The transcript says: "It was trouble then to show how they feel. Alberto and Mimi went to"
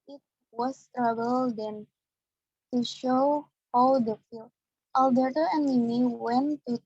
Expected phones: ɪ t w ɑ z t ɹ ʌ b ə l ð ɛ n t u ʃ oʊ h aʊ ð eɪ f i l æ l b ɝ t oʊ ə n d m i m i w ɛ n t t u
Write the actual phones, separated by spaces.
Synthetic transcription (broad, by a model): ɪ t w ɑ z t ɹ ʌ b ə l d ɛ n t u ʃ oʊ h aʊ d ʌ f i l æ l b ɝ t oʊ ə n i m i w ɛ n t t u